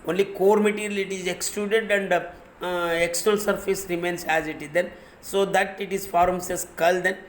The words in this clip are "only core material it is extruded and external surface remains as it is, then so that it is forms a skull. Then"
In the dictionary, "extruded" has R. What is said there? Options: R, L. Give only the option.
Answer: L